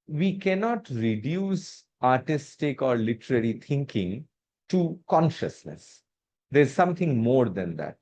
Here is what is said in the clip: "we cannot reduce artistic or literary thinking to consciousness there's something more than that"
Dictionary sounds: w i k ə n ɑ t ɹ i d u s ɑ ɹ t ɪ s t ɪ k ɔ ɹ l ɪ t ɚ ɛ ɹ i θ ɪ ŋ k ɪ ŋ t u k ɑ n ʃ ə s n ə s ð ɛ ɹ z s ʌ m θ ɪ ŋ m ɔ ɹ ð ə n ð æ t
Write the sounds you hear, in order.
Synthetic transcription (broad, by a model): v i k ə n ɑ t ɹ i d u s ɑ ɹ t ɪ s t ɪ k ɔ ɹ l ɪ t ɚ ɛ ɹ i t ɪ ŋ k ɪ ŋ t u k ɑ n ʃ ə s n ə s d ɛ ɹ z s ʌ m t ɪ ŋ m ɔ ɹ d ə n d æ t